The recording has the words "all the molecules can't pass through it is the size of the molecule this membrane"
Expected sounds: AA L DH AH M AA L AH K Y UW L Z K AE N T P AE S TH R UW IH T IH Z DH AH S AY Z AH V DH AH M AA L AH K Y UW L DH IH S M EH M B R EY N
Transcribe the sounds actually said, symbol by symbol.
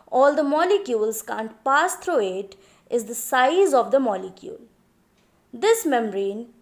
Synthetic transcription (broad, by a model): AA L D AH M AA L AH K Y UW L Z K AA N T P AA S T R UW IH T IH Z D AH S AY Z AH V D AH M AA L AH K Y UW L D IH S M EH M R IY N